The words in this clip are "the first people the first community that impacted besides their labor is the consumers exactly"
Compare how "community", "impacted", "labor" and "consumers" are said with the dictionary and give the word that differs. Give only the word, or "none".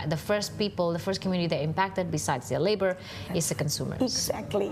consumers